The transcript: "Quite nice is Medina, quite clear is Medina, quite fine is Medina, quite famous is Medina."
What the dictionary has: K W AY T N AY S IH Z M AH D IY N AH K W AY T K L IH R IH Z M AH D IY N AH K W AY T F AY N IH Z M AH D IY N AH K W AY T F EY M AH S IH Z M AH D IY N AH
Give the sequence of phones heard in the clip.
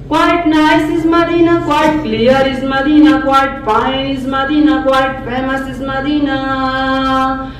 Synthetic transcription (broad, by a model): K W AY T N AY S IH Z M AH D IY N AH K W AY T K L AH R IH Z M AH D IY N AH K W AY T P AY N IH Z M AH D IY N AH K W AY T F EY M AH S IH Z M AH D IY N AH